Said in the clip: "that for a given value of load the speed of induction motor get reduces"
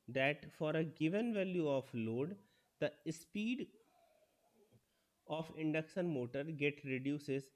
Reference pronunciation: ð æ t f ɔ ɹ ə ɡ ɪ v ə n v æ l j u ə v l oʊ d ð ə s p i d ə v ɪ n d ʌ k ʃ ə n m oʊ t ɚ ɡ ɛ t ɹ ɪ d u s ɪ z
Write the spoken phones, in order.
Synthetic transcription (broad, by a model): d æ t f ɔ ɹ ə ɡ ɪ v ə n v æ l j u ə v l oʊ d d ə s p i d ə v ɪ n d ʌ k s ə n m oʊ t ɚ ɡ ɛ t ɹ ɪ d u s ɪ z